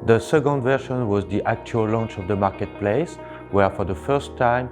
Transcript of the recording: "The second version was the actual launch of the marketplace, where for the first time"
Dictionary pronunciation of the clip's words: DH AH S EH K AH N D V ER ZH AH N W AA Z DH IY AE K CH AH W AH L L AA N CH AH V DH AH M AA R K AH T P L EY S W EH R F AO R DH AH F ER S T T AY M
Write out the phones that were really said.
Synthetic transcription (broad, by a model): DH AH S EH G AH N D V ER SH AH N W AA Z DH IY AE K CH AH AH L L AA N CH AH V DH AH M AA R K AH T P L EY S W EH R F AO R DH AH F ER S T T AY M